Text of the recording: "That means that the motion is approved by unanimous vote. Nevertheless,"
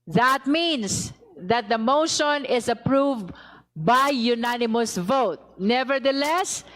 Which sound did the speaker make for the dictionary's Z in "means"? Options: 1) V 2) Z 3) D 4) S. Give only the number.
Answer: 4